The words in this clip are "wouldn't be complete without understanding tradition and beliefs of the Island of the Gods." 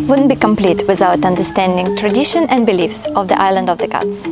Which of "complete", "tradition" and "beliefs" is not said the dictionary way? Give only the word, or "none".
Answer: none